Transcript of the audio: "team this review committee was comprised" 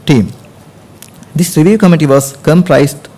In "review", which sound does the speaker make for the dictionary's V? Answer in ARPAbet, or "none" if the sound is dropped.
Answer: V